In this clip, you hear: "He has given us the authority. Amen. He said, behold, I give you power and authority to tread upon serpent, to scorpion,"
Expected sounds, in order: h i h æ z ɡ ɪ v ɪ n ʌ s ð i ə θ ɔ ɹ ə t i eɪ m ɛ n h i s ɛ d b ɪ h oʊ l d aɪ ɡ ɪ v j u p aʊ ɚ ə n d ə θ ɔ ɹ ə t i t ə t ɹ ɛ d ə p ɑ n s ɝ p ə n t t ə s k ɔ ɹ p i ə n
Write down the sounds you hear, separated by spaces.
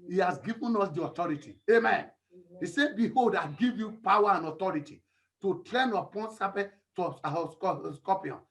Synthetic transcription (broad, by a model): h i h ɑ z ɡ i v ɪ n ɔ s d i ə t ɔ ɹ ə t i eɪ m ɛ n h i s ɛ b ɪ h oʊ l d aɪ ɡ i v j u p aʊ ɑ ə n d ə t ɔ ɹ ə t i t ə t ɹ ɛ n ə p ɑ n s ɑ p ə t s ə s k ɔ p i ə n